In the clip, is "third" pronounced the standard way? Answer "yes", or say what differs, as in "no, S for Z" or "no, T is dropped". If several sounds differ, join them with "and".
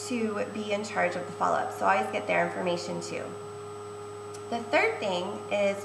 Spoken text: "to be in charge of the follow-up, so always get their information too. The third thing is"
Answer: yes